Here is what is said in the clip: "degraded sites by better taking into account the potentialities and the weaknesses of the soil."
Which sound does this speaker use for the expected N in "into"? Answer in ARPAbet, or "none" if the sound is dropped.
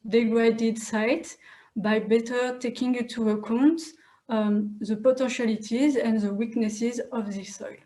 none